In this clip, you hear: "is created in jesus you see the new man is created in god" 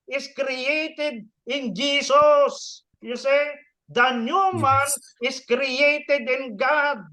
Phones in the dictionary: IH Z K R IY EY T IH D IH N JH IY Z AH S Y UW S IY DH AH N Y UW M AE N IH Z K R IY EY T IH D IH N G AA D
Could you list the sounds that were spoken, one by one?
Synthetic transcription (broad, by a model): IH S K R IY EY T IH D IH N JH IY S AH S Y UW S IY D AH N Y UW M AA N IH S K R IY EY T IH D IH N G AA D